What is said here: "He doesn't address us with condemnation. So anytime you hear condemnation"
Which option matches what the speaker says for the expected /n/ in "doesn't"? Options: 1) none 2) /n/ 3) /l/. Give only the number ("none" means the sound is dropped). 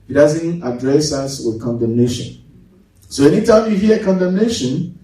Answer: 2